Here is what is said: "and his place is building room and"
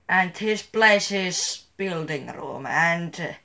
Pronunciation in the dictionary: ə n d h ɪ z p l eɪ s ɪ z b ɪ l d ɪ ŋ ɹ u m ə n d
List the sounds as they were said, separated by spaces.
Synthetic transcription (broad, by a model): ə n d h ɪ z b l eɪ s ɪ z b ɪ l d ɪ ŋ ɹ u m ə n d